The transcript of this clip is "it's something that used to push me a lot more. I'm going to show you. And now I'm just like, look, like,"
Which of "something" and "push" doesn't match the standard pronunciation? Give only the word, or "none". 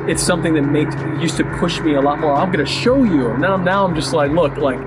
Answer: none